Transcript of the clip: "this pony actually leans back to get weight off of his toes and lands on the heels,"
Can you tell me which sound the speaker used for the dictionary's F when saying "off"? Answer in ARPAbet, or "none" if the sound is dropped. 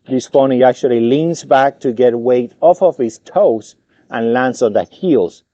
F